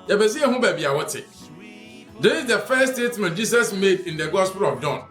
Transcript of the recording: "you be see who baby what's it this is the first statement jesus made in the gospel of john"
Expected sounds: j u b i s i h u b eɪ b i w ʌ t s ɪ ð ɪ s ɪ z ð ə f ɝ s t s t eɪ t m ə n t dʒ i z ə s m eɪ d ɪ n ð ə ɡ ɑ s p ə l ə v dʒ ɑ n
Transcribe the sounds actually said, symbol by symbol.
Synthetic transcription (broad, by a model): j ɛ b i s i h u b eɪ b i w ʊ t ɪ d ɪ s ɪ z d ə f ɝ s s t eɪ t m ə n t dʒ i s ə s m eɪ d ɪ n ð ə ɡ ɑ s p ə l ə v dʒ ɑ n